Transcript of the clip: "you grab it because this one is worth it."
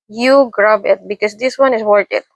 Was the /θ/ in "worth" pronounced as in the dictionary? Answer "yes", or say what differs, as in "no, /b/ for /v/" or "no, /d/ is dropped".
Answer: no, /t/ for /θ/